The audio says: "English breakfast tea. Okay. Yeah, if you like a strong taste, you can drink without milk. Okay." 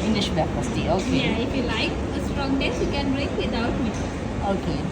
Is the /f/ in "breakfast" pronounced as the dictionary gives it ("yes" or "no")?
no